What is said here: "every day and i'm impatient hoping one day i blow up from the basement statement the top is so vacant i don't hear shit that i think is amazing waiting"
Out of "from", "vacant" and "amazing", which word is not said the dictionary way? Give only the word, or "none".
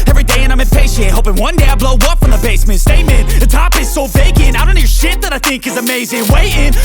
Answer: vacant